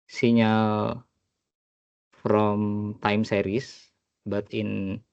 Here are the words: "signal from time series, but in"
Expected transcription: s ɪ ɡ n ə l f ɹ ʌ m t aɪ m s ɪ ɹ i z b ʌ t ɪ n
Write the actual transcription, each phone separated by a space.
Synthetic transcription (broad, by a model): s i n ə f ɹ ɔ m t aɪ m s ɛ ɹ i s b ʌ t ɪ n